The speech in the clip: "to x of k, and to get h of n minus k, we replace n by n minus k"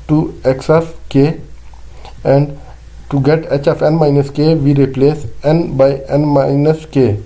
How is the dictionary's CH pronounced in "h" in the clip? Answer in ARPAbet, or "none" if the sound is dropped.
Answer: CH